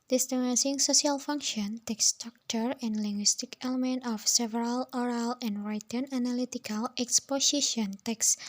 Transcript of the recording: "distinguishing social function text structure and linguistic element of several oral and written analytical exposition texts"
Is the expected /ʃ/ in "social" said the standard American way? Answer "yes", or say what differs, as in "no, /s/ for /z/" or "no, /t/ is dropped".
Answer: no, /s/ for /ʃ/